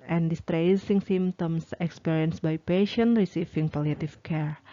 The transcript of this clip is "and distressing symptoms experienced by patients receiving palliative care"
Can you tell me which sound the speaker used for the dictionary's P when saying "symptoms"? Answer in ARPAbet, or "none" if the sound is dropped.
none